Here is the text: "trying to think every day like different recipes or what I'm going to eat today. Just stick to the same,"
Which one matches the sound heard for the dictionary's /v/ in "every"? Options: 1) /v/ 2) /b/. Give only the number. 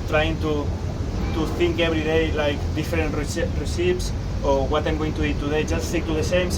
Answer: 2